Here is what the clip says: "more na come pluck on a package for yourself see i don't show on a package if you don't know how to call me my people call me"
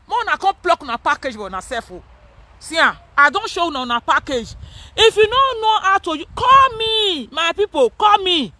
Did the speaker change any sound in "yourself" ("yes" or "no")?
yes